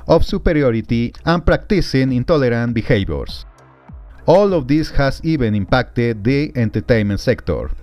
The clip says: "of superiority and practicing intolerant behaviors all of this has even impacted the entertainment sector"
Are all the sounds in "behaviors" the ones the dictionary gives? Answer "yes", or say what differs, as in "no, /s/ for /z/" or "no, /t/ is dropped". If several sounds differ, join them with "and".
no, /s/ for /z/